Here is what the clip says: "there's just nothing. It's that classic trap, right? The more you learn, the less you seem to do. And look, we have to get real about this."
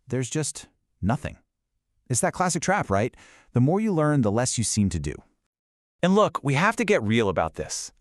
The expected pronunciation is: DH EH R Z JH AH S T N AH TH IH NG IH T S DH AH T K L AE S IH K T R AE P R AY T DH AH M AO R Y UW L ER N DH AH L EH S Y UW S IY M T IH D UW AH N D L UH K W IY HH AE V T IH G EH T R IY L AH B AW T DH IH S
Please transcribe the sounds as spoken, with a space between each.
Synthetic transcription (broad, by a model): DH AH R Z JH AH S T N AH TH IH NG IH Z DH AH T K L AE S IH K T R AE P R AY T DH AH M AO R Y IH L ER N DH AH L EH S Y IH S IY M T IH D UW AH N L UH K W IY HH AE F T IH G EH T R IY L AH B AW T DH IH S